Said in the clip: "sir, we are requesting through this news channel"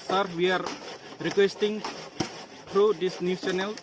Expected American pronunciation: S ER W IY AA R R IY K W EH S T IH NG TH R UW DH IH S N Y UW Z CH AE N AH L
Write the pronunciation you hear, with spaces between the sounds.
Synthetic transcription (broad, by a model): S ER W IY AA R R IY K W EH S T IH NG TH R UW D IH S N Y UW CH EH N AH L